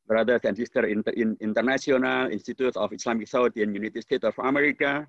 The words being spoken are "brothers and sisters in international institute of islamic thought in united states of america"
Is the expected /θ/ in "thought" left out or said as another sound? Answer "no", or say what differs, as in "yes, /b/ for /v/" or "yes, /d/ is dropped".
yes, /s/ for /θ/